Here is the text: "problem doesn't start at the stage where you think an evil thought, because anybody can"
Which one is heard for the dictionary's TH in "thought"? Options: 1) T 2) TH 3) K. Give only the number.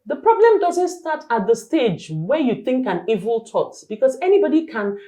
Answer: 1